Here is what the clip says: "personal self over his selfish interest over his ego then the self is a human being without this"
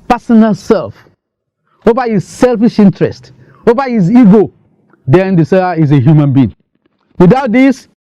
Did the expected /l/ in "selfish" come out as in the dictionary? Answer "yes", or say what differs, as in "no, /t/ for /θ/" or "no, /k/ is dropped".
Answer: yes